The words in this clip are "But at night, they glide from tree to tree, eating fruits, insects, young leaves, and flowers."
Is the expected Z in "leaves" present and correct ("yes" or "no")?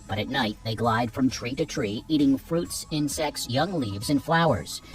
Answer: yes